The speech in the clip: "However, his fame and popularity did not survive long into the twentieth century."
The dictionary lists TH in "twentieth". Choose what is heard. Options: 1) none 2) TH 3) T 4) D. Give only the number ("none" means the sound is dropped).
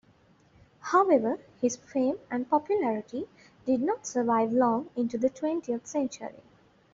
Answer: 3